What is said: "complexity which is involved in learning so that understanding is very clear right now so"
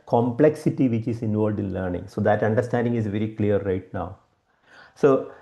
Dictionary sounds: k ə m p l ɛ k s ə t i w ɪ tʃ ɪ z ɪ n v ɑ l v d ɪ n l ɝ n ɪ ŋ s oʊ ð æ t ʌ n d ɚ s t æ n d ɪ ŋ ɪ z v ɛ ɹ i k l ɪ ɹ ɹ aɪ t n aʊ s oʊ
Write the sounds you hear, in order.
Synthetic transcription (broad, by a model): k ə m p l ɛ k s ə t i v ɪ tʃ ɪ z ɪ n v ɑ l v d ɪ n l ɝ n ɪ ŋ s oʊ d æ t ʌ n d ɚ s t æ n d ɪ ŋ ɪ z v ɛ ɹ i k l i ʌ ɹ aɪ t n aʊ s oʊ